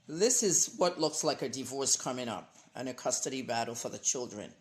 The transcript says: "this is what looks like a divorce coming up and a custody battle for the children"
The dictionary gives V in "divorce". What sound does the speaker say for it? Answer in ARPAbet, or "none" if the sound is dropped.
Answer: V